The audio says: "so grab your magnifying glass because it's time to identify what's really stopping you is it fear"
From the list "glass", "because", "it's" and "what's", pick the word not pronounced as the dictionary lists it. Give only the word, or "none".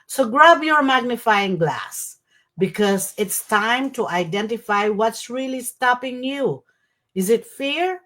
none